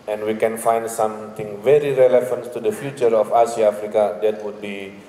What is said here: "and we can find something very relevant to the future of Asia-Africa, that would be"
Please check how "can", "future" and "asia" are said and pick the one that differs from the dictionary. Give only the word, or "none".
asia